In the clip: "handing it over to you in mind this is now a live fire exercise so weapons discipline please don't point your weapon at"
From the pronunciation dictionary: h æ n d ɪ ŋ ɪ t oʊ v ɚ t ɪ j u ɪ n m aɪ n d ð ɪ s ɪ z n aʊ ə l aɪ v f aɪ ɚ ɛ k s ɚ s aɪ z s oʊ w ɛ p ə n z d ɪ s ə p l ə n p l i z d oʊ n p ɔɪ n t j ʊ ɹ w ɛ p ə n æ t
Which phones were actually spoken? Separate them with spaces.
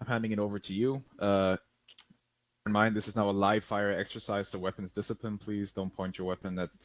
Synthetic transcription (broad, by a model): h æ n d ɪ ŋ ɪ t oʊ v ɚ t ɪ j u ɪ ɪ m aɪ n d ð ɪ s ɪ z n aʊ ə l aɪ v f aɪ ɚ ɛ k s ɚ s aɪ z s oʊ w ɛ p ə n z d ɪ s ə p l ə n p l i z d oʊ n p ɔɪ n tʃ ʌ ɹ w ɛ p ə n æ t